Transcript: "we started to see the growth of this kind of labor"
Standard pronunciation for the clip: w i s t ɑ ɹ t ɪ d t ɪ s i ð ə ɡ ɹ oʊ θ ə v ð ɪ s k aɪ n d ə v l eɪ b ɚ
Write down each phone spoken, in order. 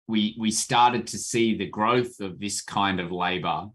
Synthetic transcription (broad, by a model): w i s t ɑ ɹ t ɪ d t ɪ s i ð ə ɡ ɹ oʊ θ ə v ð ɪ s k aɪ n d ə v l eɪ b ɚ